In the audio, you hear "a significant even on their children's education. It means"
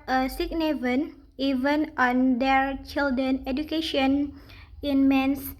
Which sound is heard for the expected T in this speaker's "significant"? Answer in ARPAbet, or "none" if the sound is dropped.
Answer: none